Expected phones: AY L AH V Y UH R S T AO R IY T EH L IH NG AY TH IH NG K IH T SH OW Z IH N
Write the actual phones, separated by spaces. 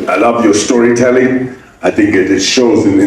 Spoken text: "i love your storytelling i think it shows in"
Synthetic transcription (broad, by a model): AY L AH V Y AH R S T AO R IY T EH L IH NG AY TH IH NG K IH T SH OW Z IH N